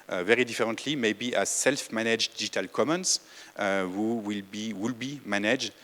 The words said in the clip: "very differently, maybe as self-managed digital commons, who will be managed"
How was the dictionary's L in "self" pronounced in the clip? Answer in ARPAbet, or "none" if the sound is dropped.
L